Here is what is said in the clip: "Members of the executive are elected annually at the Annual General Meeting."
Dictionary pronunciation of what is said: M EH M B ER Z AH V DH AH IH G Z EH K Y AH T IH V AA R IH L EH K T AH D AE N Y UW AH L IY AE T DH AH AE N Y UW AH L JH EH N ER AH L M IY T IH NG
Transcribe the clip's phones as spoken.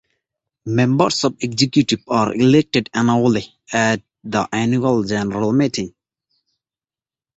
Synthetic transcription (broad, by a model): M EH M B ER S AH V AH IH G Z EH K Y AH T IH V AA R IH L EH K T AH D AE N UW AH L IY AE T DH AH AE N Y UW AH L JH EH N ER AH L M IY T IH NG